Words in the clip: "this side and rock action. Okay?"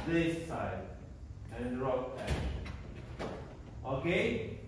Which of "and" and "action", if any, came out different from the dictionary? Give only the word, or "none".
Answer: action